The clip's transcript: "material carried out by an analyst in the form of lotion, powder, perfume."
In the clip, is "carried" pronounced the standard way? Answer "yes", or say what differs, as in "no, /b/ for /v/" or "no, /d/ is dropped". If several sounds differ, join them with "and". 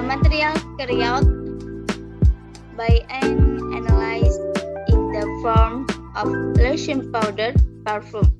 no, /d/ is dropped